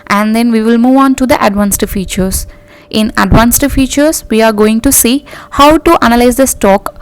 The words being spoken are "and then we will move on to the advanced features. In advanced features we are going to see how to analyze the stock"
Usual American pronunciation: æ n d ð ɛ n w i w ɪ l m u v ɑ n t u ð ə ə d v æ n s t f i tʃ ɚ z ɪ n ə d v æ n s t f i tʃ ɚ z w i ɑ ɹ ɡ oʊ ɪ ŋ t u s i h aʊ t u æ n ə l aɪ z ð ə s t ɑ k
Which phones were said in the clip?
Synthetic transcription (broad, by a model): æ n d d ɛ n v i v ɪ l m u v ɑ n t u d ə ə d v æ n s t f i tʃ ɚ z ɪ n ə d v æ n s t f i tʃ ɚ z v i ɑ ɹ ɡ oʊ ɪ ŋ t u s i h aʊ t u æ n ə l aɪ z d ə s t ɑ k